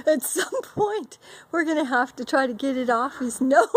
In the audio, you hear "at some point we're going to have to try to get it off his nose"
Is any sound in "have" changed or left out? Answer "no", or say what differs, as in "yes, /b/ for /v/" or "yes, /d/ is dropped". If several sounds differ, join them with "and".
yes, /f/ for /v/